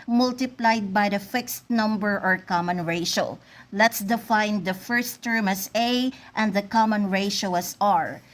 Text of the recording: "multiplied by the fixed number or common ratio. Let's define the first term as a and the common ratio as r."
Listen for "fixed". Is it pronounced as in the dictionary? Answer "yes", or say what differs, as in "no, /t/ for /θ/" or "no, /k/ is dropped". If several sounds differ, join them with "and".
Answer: yes